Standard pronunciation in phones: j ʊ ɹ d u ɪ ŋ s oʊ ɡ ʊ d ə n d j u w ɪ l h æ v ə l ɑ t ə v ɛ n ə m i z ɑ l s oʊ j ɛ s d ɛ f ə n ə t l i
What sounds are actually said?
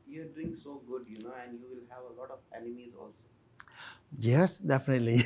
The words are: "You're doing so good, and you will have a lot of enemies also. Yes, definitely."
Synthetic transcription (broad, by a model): j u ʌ d u ɪ ŋ s oʊ ɡ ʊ d ə n d j u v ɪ l h æ v ə l ɑ t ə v ɛ n ə m i z ɑ l s oʊ j ɛ s d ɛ f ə n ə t l i